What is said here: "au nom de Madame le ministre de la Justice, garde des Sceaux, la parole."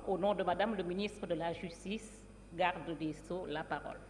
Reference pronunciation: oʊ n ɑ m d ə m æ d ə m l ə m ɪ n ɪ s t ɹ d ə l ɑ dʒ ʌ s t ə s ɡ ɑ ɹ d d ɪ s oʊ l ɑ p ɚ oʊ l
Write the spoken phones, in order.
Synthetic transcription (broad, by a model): oʊ n ɑ d ə m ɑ d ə m l ə m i n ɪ s t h d ə l ɑ ʒ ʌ s t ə s ɡ ɑ ɹ d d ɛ s oʊ l ɑ p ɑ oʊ l